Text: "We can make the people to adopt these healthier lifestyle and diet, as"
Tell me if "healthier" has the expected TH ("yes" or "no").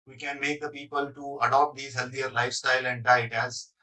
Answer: no